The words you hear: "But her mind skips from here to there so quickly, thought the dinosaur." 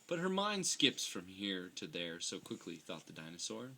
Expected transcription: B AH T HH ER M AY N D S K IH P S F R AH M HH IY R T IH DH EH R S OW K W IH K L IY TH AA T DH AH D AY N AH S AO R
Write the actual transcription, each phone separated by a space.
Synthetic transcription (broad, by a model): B AH T HH ER M AY N D S K IH P S F R AH M HH IY R T IH DH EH R S OW K W IH K L IY TH AA T DH AH D AY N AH S AO R